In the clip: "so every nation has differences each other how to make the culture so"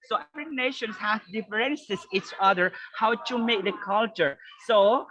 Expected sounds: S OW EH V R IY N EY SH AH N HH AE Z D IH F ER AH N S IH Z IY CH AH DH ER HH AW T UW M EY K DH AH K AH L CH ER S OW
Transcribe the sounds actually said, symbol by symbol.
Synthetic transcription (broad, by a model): S OW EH F R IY N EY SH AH N HH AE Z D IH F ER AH N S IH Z IY CH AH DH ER HH AW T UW M EY K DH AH K AH L CH ER S OW